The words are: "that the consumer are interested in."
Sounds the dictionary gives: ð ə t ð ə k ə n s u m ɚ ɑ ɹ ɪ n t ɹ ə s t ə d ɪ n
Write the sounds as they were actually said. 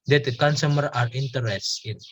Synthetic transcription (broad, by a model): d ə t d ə k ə n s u m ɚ ɑ ɹ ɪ n t ə t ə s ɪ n